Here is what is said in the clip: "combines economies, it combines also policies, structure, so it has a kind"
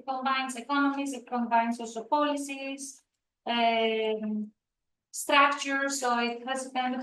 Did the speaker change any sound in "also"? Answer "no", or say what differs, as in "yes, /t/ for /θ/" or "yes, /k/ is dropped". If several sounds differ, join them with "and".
yes, /l/ is dropped